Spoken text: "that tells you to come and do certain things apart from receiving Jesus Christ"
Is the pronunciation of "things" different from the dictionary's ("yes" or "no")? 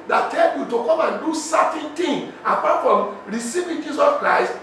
yes